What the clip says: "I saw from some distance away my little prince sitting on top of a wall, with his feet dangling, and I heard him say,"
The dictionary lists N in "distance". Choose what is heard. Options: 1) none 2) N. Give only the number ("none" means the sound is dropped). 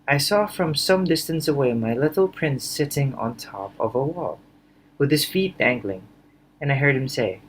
2